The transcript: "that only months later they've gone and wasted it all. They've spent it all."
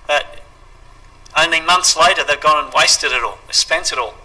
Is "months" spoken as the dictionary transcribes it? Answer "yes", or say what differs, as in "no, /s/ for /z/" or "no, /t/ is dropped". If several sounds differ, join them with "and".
yes